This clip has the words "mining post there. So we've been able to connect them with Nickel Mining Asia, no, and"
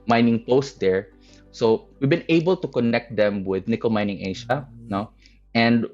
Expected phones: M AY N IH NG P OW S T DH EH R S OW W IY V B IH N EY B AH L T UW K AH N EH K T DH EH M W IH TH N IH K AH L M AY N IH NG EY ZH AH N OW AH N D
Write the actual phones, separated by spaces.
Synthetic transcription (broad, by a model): M AY N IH NG P OW S T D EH R S OW W IY V B IH N EY B AH L T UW K AH N EH K T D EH M W IH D N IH K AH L M AY N IH NG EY SH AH N OW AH N D